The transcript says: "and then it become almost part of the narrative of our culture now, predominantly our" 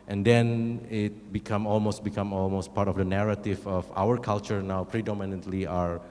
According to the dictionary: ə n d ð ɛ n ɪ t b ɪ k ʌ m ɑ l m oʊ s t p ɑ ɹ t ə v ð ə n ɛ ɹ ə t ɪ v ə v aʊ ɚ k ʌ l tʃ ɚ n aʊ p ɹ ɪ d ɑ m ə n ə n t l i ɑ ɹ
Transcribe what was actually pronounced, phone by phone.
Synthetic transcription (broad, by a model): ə n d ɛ n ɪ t b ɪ k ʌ m ɑ l m oʊ s t p ɑ ɹ t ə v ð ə n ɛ ɹ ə t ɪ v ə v aʊ ɚ k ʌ l tʃ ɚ n aʊ p ɹ ɪ d ɑ m ə n ə n t l i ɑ ɹ